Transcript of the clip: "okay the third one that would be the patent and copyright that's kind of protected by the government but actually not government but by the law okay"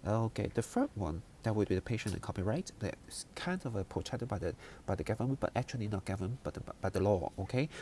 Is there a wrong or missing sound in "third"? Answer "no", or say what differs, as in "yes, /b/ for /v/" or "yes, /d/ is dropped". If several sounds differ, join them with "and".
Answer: yes, /f/ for /θ/